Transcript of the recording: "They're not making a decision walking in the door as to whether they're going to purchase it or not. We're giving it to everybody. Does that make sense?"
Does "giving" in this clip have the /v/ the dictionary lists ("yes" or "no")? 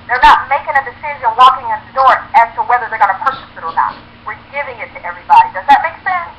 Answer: yes